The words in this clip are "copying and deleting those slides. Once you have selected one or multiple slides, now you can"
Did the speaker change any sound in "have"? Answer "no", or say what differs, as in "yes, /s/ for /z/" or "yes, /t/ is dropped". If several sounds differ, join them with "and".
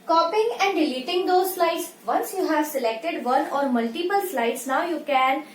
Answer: no